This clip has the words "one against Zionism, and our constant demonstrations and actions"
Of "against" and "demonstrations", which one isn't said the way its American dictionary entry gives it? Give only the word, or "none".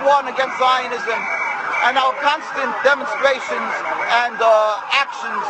none